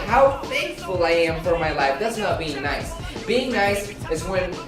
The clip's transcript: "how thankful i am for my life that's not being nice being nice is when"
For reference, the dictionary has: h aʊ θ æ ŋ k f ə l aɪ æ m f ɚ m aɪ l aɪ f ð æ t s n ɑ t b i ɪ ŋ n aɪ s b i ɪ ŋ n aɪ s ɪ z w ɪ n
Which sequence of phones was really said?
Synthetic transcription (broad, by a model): h aʊ f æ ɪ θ f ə l aɪ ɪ m f ɚ m aɪ l aɪ f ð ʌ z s n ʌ t b i ɪ ŋ n aɪ s b i ɪ ŋ n aɪ s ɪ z w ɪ n